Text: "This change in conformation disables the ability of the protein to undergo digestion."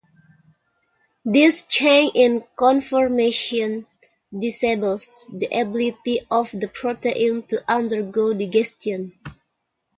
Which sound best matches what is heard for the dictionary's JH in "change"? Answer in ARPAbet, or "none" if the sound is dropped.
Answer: none